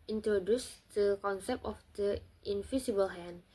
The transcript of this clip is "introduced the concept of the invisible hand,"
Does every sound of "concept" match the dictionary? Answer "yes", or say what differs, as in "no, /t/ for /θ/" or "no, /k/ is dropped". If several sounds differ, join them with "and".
no, /t/ is dropped